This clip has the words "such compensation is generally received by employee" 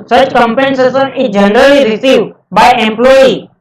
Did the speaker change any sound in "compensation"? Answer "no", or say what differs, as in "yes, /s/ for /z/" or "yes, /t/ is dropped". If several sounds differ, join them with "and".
yes, /s/ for /ʃ/